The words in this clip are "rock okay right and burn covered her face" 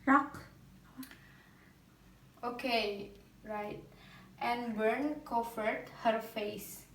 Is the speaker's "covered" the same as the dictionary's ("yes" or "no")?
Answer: no